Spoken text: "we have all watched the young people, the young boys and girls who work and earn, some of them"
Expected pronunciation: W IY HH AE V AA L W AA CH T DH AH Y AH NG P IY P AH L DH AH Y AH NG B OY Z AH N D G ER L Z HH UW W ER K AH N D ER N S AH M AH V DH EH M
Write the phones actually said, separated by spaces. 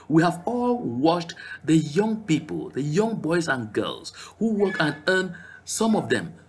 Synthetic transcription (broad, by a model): W IY HH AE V AA L W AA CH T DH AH Y AH NG P IY P AH L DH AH Y AH NG B OY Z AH N G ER L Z HH UW W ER K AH N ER N S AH M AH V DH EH M